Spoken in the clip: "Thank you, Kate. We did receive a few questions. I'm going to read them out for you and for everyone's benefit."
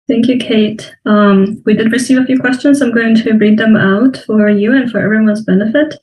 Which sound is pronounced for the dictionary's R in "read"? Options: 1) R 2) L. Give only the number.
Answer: 1